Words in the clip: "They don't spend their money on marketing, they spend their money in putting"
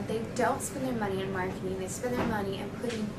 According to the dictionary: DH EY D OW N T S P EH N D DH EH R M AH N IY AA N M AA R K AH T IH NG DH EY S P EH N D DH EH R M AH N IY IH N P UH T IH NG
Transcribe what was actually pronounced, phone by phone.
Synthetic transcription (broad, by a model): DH EY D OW L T S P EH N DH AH R M AH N IY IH N M AA R K AH T IH NG DH EY S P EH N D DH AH R M AH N IY IH N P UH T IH